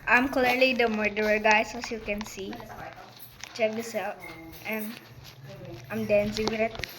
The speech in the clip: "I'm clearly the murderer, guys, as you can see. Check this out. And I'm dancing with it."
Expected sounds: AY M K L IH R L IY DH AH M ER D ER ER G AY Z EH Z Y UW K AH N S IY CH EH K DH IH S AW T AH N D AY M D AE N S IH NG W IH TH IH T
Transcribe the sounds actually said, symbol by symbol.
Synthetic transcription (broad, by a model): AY M K L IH R L IY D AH M ER D ER ER G AY S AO S Y UW K AH N S IY CH EH K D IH S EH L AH N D AY M D AE N S IH NG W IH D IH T